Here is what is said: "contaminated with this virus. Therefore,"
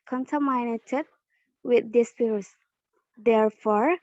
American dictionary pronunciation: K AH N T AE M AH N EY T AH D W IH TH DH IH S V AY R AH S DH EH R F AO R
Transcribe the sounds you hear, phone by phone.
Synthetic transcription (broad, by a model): K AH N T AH M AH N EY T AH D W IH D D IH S P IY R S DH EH R F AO R